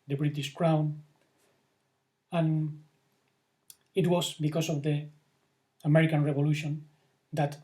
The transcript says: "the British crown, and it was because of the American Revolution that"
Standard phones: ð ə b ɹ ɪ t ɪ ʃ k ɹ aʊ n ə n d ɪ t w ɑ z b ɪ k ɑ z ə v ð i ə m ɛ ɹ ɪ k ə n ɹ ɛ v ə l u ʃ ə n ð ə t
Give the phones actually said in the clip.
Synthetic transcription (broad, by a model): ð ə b ɹ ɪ t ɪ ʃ k ɹ aʊ n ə n ɪ t w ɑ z b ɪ k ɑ s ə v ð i ə m ɛ ɹ ɪ k ə n ɹ ɛ v ə l u ʃ ə n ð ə t